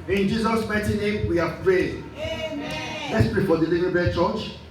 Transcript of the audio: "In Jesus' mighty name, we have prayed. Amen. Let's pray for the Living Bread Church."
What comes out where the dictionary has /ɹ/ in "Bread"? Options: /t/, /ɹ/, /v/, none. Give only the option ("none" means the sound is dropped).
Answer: none